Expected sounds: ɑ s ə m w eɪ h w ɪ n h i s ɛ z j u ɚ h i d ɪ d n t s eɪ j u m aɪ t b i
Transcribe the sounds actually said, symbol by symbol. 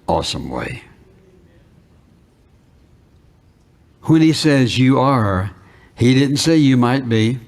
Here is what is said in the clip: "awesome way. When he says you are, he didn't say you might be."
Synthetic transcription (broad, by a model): ɑ s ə m w eɪ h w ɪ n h i s ɛ z j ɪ ɚ h i d ɪ d n t s eɪ j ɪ m aɪ t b i